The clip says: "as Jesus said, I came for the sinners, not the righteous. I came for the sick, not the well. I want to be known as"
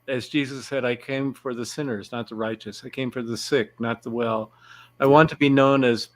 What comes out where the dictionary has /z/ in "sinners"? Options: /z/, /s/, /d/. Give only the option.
/z/